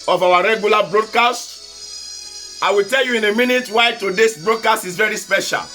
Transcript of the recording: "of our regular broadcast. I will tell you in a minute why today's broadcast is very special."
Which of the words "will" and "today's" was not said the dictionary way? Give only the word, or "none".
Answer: today's